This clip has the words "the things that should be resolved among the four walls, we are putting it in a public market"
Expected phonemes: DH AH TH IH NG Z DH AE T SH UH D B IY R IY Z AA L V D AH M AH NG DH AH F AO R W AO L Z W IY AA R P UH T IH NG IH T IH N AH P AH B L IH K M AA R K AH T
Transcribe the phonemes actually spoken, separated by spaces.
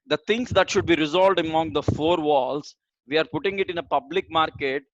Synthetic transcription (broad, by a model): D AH T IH NG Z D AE T SH UH D B IY R IY Z AA L V D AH M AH NG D AH F AO R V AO L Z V IY AA R P UH T IH NG IH T IH N AH P AH B L IH K M AA R K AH T